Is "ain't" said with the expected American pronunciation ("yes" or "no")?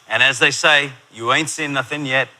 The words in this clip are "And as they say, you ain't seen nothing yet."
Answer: yes